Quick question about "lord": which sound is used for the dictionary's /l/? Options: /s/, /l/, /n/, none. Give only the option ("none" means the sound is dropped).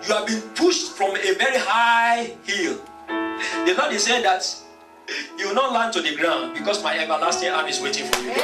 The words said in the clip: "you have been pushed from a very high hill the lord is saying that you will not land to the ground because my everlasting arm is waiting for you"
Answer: /n/